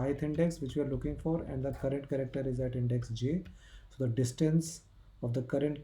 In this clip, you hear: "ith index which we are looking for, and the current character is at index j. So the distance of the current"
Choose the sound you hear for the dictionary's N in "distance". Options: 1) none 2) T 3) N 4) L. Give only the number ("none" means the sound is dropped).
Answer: 3